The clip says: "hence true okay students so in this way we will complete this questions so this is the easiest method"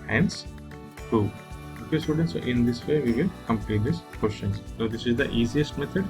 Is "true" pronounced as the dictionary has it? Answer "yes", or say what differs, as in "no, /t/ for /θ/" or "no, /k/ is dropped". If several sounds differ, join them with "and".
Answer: no, /ɹ/ is dropped